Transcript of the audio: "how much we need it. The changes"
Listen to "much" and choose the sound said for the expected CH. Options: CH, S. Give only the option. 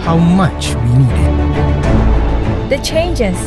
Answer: CH